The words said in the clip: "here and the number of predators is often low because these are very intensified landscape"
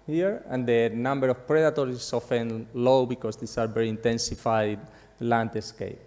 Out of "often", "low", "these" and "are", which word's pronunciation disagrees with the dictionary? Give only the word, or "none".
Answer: these